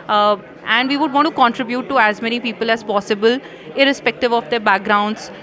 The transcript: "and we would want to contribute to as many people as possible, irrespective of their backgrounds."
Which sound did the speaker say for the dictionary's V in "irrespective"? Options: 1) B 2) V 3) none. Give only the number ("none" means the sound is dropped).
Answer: 2